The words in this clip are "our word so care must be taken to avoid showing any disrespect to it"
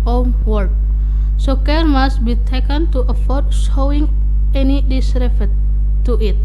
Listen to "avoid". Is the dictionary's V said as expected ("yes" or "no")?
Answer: no